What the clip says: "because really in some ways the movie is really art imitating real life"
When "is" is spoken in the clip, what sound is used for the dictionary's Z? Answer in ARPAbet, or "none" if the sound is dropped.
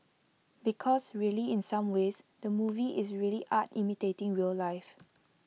S